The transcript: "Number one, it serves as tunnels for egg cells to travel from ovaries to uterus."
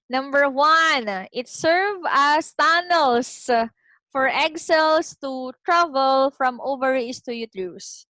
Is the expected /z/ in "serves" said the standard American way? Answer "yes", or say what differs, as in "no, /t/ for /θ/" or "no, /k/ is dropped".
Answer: no, /z/ is dropped